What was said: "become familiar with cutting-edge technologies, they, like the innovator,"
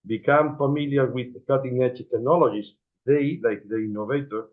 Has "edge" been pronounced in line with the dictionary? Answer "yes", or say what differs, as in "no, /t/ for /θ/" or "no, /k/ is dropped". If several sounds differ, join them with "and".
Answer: no, /tʃ/ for /dʒ/